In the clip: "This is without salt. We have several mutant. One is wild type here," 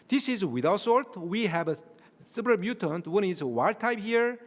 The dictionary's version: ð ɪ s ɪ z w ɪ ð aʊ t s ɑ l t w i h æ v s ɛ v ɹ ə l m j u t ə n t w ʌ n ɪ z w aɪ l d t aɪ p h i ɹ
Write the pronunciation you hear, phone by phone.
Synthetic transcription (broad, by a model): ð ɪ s ɪ z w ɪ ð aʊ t s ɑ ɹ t w i h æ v s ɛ p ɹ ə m j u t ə n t w ʌ n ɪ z w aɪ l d t aɪ p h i ɹ